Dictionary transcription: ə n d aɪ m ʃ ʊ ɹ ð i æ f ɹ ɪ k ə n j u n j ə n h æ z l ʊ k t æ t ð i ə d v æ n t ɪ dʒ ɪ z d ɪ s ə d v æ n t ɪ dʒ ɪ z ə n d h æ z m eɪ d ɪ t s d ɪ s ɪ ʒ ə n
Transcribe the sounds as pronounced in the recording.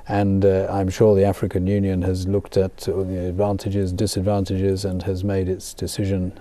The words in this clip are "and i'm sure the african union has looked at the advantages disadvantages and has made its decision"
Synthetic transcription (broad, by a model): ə n aɪ m ʃ ʊ ɹ ð i æ f ɹ ɪ k ə n j u n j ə n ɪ z l ʊ k t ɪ t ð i ə d v æ n t ɪ dʒ ɪ z d ɪ s ə d v æ n t ɪ dʒ ɪ z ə n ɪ z m eɪ d ɪ t s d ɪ s ɪ ʒ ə n